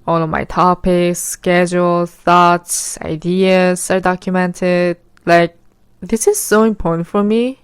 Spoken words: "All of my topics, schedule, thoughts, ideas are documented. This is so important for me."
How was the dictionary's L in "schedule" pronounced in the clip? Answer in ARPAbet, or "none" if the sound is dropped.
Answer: L